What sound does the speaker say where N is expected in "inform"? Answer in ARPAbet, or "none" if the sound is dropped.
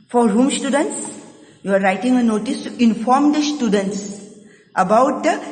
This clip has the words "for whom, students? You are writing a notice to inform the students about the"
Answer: N